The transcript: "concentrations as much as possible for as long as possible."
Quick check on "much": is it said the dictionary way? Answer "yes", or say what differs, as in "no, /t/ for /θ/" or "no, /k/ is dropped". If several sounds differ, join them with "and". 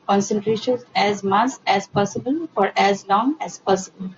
no, /s/ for /tʃ/